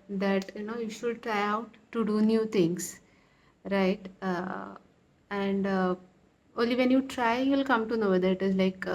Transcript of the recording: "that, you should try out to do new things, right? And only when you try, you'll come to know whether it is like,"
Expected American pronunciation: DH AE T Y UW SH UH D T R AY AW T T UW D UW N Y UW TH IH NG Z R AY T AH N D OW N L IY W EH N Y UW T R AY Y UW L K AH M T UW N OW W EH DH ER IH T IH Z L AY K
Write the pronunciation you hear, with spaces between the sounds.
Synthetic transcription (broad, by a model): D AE T Y UW SH UH D T R AY AW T T UW D UW N Y UW T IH NG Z R AY T AH N D OW N L IY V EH N Y UW T R AY Y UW L K AH M T UW N OW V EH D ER IH T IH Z L AY K